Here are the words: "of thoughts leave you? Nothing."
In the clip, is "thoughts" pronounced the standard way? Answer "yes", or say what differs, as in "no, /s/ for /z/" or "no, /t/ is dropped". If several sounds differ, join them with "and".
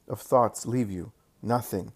yes